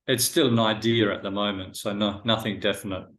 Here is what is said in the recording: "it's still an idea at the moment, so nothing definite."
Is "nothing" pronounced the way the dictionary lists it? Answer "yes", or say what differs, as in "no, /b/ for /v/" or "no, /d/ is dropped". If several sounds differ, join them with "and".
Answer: yes